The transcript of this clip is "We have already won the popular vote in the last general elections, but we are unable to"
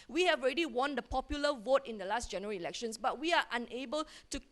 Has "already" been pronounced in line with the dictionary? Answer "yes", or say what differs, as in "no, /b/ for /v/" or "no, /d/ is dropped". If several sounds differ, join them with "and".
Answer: yes